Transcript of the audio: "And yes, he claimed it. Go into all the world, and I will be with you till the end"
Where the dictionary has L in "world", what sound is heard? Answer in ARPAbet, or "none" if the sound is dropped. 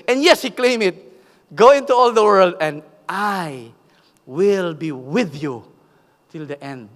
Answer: L